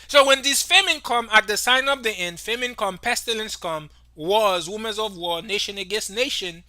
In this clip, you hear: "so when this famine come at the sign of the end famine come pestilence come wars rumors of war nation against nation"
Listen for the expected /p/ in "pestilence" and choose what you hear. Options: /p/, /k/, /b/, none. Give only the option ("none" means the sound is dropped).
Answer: /p/